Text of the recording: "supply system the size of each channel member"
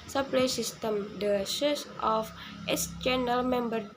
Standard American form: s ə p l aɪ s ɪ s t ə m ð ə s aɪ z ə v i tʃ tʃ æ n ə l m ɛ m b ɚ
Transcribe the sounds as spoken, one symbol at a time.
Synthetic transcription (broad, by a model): s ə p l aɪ s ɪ s t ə m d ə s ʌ s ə f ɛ s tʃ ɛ n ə l m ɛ m b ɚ